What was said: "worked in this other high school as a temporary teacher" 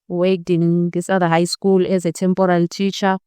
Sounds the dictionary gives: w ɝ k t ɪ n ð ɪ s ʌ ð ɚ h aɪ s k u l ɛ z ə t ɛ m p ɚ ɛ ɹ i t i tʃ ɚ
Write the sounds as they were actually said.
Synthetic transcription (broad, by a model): w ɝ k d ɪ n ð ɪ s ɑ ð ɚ h aɪ s k u l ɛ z ə t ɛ m p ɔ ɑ l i t i tʃ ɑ